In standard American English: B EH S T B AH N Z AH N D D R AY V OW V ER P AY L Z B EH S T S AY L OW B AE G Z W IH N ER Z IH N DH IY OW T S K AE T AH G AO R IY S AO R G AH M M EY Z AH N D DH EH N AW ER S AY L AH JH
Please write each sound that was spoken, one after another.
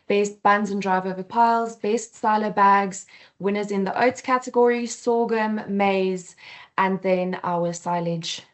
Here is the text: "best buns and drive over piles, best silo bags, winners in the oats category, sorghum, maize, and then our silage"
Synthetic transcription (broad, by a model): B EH S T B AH N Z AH N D D R AY V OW V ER P AY L Z B EH S T S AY L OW B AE G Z W IH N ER Z IH N DH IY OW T K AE T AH G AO R IY S AO G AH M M EY Z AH N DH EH N AW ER S AY L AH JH